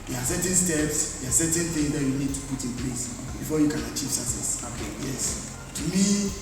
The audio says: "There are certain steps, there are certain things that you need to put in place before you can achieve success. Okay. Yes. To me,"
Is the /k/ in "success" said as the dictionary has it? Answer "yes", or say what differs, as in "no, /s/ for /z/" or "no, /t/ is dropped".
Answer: no, /k/ is dropped